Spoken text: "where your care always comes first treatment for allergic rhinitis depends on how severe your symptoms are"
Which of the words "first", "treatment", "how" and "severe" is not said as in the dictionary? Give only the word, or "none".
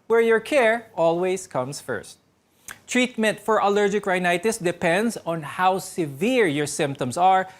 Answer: none